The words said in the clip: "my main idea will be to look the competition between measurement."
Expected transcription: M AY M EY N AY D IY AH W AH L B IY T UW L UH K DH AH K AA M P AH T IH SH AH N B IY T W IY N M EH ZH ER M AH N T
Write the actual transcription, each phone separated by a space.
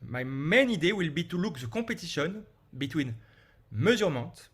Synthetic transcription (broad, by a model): M AY M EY N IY D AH W AH L B IY T UW L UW K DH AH K AA P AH T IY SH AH N B IY T W IY N M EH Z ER M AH T